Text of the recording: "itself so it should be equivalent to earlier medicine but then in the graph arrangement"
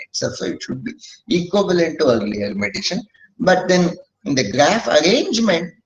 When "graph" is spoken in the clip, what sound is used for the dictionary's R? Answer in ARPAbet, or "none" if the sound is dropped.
R